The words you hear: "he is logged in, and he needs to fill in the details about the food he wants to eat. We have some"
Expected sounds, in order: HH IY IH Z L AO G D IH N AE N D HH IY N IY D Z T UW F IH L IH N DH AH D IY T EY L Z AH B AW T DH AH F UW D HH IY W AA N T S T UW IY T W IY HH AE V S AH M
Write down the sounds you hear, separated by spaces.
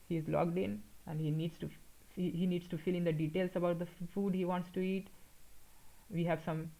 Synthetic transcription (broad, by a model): HH IY IH Z L AO G D IH N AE N D HH IY N IY D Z T UW F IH L IH N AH D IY T EY L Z AH B AW T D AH F UW D HH IY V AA N T S T UW IY T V IY HH AE V S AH M